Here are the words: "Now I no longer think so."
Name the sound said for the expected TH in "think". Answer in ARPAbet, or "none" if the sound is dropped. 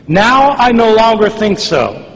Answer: TH